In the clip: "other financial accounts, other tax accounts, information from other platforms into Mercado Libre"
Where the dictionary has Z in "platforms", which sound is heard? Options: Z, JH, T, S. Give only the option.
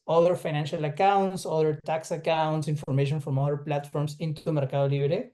S